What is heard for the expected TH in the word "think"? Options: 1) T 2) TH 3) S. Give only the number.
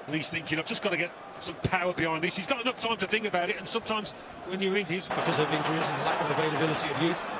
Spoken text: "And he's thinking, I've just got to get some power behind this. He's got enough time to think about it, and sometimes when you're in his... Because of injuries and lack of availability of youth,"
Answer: 2